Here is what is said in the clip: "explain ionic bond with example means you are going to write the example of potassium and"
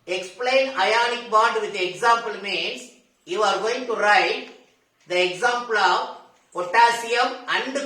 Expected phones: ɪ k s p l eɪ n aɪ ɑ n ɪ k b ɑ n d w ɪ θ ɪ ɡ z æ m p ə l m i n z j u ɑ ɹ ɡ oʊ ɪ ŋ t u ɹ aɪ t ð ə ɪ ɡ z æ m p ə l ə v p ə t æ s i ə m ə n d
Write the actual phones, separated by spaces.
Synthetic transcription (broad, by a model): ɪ k s p l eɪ n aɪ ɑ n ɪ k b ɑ d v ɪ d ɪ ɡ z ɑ m p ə l m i n s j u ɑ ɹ ɡ oʊ ɪ ŋ t u ɹ aɪ t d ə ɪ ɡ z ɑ m p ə l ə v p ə t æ s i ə m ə n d